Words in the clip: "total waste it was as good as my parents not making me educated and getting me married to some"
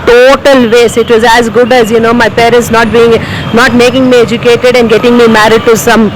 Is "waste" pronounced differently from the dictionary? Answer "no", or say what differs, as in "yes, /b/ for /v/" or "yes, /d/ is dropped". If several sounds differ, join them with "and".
yes, /t/ is dropped